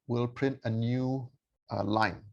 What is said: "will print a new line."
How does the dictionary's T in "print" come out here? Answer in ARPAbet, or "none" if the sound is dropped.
T